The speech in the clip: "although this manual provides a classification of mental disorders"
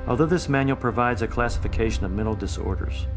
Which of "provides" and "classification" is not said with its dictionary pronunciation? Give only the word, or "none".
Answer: none